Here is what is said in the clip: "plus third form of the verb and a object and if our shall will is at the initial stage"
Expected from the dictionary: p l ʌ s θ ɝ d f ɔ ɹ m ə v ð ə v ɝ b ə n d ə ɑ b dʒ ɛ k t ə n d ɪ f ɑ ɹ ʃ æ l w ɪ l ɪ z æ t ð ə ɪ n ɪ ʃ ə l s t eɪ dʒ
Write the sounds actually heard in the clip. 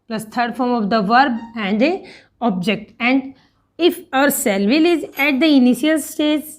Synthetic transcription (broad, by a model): p l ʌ s t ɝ d f ɔ ɹ m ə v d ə v ɝ b ə n d ə ɑ b dʒ ɛ k t ə n d ɪ f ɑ ɹ s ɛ l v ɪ l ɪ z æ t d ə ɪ n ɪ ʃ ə l s t eɪ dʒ